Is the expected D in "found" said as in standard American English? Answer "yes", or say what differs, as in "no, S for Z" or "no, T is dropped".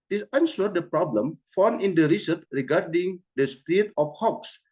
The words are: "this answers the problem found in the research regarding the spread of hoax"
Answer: no, D is dropped